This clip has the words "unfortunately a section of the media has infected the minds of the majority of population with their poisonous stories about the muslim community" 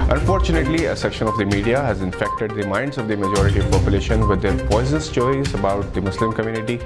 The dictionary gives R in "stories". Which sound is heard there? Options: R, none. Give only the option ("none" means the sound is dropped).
none